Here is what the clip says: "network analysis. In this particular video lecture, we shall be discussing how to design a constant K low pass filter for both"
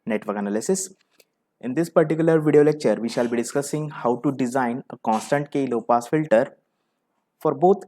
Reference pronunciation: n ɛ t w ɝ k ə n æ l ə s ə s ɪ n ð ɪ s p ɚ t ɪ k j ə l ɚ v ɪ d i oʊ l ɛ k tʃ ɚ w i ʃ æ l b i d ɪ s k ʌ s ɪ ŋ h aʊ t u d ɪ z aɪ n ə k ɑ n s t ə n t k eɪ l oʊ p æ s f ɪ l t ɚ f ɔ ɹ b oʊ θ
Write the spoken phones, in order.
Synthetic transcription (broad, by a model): n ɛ t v ɝ k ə n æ l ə s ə s ɪ n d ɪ s p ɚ t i k j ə l ɚ v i d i oʊ l ɛ k tʃ ɚ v i ʃ æ l b i d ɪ s k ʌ s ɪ ŋ h aʊ t u d ɪ z aɪ n ə k ɑ n s t ə n t k eɪ l oʊ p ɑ s f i l t ɚ f ɔ ɹ b oʊ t